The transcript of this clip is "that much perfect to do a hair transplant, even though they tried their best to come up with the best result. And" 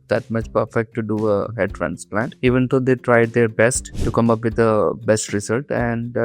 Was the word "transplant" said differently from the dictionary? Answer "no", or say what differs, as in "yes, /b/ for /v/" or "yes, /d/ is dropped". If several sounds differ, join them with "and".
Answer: no